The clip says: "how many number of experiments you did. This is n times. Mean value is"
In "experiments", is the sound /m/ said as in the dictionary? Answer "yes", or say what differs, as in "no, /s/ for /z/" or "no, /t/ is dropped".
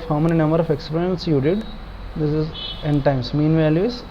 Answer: no, /m/ is dropped